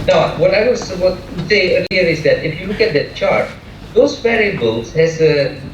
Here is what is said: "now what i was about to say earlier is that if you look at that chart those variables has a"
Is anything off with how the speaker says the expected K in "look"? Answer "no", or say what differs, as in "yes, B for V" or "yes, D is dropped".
no